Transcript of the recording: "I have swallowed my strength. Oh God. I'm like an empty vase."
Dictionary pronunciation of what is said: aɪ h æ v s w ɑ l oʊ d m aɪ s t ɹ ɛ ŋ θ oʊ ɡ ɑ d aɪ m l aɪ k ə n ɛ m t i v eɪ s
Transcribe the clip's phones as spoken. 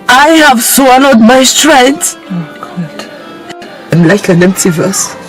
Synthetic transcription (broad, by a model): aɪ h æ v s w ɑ n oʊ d m aɪ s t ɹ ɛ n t oʊ ɡ ɑ d aɪ m l aɪ k ə n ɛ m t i v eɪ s